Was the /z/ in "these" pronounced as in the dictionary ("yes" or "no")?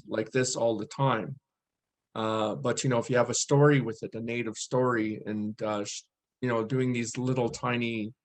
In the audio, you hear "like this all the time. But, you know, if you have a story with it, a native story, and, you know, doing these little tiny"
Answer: yes